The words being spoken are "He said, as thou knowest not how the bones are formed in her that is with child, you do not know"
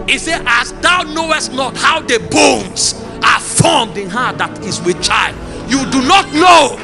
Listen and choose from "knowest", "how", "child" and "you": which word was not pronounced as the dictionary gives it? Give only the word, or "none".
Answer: none